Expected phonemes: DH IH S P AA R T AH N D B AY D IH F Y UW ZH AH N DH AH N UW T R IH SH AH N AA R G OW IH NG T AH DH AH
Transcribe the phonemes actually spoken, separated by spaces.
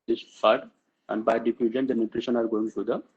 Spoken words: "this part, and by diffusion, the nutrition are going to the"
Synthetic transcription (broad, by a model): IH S F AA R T AH N D B AY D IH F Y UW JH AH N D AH N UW T R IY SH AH N AA R G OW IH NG S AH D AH